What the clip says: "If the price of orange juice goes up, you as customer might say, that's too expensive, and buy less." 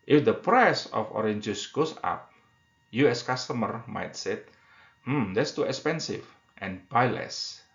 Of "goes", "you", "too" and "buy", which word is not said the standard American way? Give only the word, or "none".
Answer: goes